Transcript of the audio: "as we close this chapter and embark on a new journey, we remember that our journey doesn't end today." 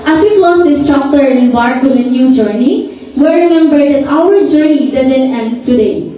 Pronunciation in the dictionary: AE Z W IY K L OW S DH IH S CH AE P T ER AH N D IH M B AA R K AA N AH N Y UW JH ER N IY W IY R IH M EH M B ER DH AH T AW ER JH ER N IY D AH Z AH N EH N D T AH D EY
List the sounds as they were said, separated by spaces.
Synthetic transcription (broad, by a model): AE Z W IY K L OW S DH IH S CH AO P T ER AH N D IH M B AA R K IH L AH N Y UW JH ER N IY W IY R IH M EH M B ER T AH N AW ER JH ER N IY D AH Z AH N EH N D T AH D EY